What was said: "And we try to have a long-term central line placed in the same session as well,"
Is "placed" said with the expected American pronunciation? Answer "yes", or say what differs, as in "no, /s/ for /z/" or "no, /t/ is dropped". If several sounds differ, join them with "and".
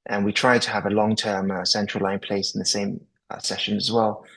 no, /t/ is dropped